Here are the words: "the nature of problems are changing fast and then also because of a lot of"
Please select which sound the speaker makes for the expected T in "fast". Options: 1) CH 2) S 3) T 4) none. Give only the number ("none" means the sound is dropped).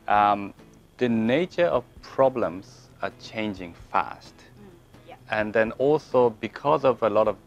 3